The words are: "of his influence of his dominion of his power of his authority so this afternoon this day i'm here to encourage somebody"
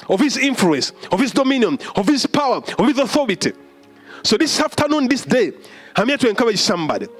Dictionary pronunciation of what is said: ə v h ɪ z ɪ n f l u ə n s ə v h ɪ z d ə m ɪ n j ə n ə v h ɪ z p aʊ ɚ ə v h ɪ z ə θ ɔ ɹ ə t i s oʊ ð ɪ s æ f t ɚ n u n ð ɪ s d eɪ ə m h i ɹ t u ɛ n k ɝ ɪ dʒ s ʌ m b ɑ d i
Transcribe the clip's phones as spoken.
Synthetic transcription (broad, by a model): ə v h ɪ z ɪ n f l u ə n s ə v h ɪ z d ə m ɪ n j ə n ə v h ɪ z p aʊ ɚ ə v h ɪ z ə θ ɔ ɹ ə t i s oʊ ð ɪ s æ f t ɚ n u n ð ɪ s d eɪ ə m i t u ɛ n k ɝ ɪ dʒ s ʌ m b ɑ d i